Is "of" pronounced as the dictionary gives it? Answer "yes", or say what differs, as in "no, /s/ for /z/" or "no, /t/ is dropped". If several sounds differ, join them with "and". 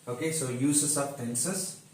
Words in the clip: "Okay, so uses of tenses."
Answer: no, /p/ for /v/